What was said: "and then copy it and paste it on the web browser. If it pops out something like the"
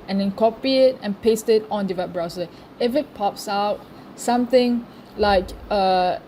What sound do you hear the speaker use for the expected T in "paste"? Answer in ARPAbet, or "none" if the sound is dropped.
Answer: T